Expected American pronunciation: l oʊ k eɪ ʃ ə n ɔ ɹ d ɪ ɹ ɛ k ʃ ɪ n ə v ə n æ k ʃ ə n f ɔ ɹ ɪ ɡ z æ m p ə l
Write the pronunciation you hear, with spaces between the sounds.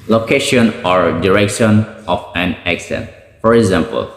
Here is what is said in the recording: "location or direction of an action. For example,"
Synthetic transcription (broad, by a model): l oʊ k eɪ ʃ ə n ɔ ɹ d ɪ ɹ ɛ k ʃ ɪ n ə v ə n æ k s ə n f ɔ ɹ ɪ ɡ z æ m p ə l